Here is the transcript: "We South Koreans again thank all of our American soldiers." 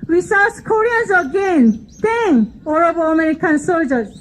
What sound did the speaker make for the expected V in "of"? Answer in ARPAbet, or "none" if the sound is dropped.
B